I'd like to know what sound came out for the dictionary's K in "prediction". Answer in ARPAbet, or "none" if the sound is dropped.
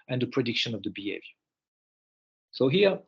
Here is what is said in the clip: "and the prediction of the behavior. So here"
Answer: K